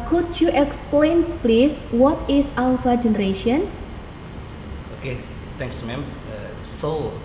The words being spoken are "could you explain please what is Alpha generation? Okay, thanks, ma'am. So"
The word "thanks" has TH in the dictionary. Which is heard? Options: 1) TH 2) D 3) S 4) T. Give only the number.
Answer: 4